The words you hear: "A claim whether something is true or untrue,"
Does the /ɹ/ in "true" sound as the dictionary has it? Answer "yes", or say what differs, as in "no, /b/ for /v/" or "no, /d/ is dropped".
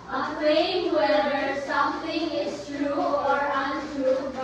yes